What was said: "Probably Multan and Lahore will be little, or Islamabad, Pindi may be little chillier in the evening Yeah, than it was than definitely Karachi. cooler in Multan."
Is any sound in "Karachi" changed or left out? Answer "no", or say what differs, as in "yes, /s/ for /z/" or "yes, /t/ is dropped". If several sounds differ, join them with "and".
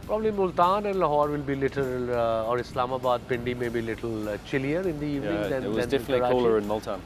yes, /tʃ/ is dropped